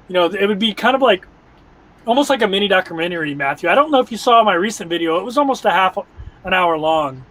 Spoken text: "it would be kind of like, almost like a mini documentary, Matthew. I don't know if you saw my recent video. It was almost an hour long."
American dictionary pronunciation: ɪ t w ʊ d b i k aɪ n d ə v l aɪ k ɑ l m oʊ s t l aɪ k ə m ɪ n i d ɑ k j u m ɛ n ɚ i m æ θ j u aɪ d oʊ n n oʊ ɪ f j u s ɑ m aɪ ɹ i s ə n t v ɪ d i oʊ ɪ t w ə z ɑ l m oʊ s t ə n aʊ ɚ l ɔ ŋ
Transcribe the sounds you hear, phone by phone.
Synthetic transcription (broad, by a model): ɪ t w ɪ d b i k aɪ n d ə v l aɪ k ɑ l m oʊ s t l aɪ k ə m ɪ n i d ɑ k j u m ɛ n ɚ i m æ θ j u aɪ d oʊ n n oʊ ɪ f j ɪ s ɑ m aɪ ɹ i s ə n v ɪ d i oʊ ɪ t w ə z ɑ l m oʊ s t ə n aʊ ɚ l ɔ ŋ